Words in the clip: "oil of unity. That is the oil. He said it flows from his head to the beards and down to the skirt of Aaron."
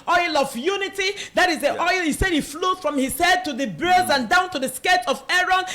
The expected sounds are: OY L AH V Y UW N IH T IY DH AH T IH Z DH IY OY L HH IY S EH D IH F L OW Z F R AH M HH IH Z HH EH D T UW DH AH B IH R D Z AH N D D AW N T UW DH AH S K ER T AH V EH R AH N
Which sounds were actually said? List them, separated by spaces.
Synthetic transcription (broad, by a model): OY L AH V Y UW N IH T IY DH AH T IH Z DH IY OY L HH IY S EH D IH F L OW F R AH M HH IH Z HH EH D T UW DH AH B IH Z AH N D D AW N T UW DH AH S K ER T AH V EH R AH N